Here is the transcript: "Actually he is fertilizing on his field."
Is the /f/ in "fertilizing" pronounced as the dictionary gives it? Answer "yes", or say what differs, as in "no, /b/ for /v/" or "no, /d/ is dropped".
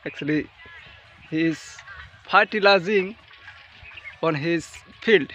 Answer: no, /p/ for /f/